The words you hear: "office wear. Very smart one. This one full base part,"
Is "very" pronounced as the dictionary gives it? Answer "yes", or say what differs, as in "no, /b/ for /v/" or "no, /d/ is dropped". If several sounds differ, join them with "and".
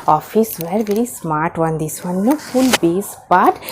yes